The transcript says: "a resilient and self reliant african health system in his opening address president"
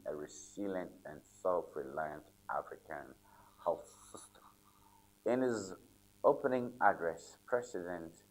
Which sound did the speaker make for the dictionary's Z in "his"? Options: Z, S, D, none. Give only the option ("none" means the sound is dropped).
Z